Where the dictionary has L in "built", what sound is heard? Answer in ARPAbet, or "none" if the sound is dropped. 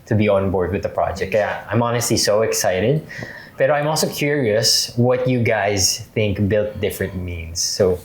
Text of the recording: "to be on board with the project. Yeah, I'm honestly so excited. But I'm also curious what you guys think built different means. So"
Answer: L